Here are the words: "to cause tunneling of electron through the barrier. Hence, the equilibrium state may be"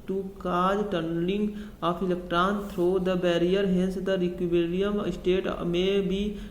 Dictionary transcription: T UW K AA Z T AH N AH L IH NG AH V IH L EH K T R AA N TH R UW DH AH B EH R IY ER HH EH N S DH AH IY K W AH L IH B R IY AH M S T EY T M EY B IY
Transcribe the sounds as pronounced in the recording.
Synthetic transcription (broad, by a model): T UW K AA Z T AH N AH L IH NG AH P IH L EH K T R AA N T R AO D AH B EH R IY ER HH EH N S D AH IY K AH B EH R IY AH M S T EY T M EY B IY